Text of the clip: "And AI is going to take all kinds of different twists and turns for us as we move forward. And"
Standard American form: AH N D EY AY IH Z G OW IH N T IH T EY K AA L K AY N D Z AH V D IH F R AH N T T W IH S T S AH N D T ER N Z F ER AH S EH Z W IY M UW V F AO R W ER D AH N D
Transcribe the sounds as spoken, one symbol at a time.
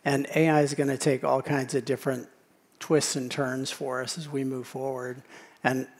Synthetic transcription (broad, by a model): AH N EY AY IH Z G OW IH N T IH T EY K AA L K AY N D Z AH V D IH F R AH N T T W IH S T S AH N T ER N Z F ER AH S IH Z W IY M UW V F AO R W ER D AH N